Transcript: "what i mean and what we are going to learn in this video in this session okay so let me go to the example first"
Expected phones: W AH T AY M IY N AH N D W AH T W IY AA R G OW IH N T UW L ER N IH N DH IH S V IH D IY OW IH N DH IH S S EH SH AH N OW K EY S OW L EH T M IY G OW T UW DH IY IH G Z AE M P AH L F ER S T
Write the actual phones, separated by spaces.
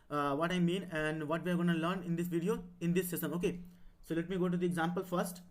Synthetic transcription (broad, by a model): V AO T AY M IY N AH N D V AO T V IY AA R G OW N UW L ER N IH N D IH S V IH D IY OW IH N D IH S S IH S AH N OW K EY S OW L EH T M IY G OW T UW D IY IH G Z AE M P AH L F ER S T